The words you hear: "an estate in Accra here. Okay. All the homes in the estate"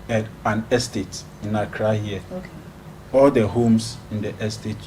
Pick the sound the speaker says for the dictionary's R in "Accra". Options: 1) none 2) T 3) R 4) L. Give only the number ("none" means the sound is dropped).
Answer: 3